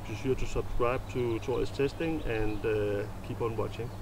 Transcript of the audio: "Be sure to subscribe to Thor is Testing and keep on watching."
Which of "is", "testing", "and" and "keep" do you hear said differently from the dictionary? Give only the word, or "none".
is